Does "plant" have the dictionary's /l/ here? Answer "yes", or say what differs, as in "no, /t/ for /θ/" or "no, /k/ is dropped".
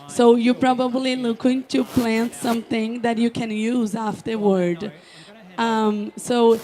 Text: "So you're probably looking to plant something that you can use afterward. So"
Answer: yes